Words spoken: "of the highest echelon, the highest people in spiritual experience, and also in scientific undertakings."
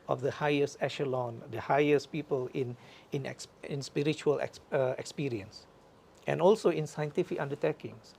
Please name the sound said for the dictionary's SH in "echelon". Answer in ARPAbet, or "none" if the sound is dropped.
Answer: SH